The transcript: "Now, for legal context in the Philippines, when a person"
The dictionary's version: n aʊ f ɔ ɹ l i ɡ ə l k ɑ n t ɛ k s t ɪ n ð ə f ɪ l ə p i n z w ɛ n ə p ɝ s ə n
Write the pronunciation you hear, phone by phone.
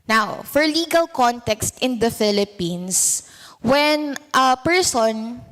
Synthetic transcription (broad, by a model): n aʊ f ɔ ɹ l i ɡ ə l k ɑ n t ɛ k s t ɪ n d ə f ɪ l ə p i n s w ɛ n ə p ɝ s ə n